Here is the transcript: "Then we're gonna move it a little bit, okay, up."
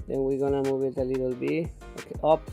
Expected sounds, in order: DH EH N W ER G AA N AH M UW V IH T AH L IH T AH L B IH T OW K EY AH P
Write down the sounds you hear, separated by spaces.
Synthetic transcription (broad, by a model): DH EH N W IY G AA N AH M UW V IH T AH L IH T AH L B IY OW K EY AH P